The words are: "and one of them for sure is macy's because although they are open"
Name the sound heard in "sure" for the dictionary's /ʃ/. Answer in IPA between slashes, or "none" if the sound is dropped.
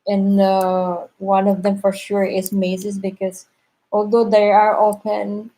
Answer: /ʃ/